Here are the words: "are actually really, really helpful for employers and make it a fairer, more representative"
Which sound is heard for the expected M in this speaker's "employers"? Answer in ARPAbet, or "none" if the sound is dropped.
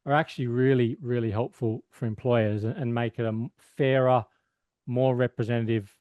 M